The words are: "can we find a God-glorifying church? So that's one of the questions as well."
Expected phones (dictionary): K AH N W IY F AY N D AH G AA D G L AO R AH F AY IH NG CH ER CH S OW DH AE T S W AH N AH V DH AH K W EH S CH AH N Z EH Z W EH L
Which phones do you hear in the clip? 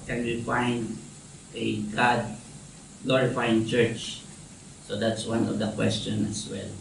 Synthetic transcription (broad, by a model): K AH N W IY F AY N D AH G AA D G L AO R AH F AY IH NG CH ER CH S OW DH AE T S W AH N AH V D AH K W EH S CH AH N EH S W EH L